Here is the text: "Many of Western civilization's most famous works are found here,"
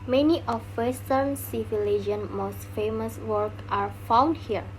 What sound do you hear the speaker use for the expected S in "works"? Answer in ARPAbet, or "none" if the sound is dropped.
none